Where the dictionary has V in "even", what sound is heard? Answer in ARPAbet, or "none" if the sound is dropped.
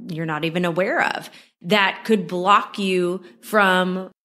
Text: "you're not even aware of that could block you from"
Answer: V